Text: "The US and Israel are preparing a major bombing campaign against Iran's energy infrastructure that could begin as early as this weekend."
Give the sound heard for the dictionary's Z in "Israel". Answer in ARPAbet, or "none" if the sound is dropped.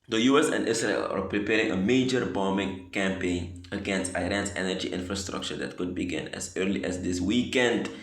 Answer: S